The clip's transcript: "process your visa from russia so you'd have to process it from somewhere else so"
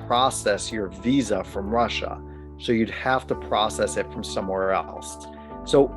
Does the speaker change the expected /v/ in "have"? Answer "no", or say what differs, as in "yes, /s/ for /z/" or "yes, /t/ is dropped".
yes, /f/ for /v/